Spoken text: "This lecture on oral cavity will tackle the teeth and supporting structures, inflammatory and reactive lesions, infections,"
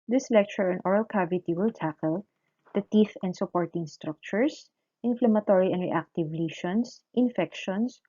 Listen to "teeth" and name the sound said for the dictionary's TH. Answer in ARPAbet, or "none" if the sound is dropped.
F